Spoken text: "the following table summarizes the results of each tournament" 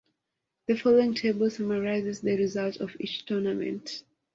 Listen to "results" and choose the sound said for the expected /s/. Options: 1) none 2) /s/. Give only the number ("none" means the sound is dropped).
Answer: 1